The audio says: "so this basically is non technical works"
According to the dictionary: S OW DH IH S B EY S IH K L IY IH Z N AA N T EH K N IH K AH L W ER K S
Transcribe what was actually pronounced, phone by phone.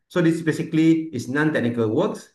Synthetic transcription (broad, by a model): S OW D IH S B EY S IH K L IY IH S N AA N T EH K N IH K AH L W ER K S